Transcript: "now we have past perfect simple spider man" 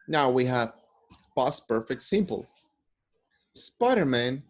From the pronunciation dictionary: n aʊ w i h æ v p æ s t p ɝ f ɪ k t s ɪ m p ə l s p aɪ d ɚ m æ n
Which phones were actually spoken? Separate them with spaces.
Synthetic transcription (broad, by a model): n aʊ w i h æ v b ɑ s p ɝ f ɪ k t s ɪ m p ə l s p aɪ d ɚ m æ n